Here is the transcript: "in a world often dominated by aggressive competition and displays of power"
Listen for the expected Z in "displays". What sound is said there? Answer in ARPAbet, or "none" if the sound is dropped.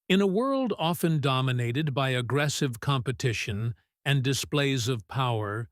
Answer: Z